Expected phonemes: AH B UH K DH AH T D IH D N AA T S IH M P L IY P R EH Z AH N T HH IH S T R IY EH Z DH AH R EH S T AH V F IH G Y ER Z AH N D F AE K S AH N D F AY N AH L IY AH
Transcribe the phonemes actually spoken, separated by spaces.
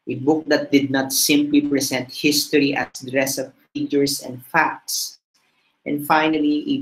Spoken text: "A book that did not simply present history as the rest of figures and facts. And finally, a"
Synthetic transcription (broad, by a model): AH B UH K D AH T D IH D N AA T S IH M P L IY P R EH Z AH N T HH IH S T R IY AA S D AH R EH S AH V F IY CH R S AH N D F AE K S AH N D F AY N AH L IY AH